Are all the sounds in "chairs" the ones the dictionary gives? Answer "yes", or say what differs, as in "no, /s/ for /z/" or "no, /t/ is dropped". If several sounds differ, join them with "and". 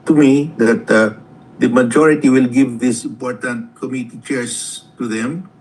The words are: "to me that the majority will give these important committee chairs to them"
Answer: no, /s/ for /z/